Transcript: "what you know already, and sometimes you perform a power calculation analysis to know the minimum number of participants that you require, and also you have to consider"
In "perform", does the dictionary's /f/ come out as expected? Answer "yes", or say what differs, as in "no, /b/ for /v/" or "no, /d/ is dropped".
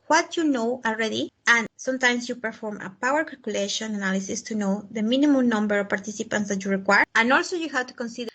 yes